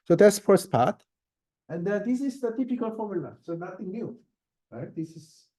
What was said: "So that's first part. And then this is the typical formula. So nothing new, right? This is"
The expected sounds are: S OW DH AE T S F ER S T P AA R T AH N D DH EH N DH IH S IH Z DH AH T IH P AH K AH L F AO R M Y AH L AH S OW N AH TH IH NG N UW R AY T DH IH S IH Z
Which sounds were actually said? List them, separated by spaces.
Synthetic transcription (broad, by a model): S OW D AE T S F ER S T P AA R T AH N D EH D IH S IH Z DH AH T IH P AH K AH L F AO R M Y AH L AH S OW N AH T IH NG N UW R AY T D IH S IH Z